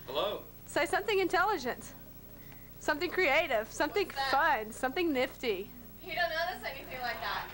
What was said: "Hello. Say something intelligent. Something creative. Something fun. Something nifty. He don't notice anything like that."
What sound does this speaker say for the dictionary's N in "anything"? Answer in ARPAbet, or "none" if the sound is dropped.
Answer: none